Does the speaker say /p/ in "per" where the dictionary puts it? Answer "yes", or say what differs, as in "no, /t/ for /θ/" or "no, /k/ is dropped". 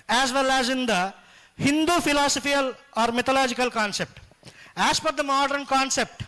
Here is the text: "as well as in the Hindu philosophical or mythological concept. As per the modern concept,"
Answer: no, /f/ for /p/